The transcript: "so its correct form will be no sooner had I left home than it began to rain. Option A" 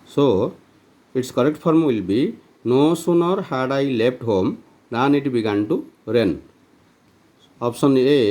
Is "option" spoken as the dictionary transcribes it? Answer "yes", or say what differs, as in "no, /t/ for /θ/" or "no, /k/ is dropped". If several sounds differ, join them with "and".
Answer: no, /s/ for /ʃ/